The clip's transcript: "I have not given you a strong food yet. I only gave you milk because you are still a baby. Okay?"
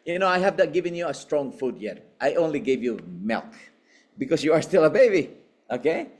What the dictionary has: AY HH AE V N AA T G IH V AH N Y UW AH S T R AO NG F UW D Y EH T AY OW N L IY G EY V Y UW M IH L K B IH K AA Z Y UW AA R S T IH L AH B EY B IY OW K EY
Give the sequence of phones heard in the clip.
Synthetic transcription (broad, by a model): AY HH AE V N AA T G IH V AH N Y UW AH S T R AO NG F UW D Y EH T AY OW N L IY G EY V Y UW M IH L K B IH K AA S Y UW AA R S T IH L AH B EY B IY OW K EY